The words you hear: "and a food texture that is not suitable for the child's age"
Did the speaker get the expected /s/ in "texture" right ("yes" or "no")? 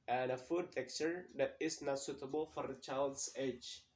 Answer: no